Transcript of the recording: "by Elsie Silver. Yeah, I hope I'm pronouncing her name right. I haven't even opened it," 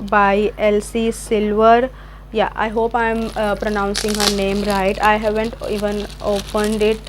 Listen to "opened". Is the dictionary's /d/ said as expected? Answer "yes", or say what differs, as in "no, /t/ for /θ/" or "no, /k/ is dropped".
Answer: yes